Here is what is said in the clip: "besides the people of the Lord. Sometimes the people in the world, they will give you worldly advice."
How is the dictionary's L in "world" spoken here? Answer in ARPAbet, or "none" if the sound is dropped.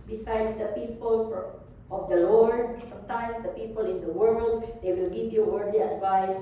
L